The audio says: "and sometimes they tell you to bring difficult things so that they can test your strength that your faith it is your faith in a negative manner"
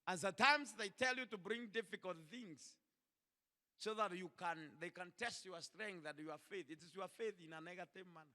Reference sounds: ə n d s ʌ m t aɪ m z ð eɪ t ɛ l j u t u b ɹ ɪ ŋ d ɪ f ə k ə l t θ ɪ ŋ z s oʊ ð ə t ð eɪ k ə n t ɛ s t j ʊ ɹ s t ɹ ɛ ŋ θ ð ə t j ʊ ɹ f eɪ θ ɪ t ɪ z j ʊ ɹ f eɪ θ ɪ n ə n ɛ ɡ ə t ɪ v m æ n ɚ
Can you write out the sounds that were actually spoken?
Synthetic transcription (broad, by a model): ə n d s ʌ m t aɪ m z ð eɪ t ɛ l j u t u b ɹ ɪ ŋ d ɪ f ə k ə l t θ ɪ ŋ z s oʊ ð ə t ð eɪ k ə n t ɛ s t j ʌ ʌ s t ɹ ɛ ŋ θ ð ə t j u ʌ f eɪ θ ɪ t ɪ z j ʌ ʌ f eɪ θ ɪ n ə n ɛ ɡ ə t ɪ v m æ n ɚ